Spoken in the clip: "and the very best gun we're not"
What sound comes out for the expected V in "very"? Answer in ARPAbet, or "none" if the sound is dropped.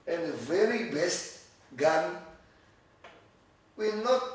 V